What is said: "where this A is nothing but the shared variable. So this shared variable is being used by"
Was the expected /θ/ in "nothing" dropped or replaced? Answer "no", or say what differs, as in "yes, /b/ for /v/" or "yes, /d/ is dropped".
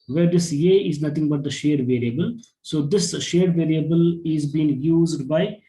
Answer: yes, /t/ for /θ/